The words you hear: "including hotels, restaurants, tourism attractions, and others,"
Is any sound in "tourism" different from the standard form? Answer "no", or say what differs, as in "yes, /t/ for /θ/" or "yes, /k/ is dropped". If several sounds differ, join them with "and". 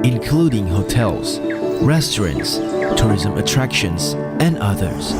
no